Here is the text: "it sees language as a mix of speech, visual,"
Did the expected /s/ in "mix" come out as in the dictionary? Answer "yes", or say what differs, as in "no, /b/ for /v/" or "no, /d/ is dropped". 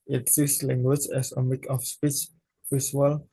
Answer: no, /s/ is dropped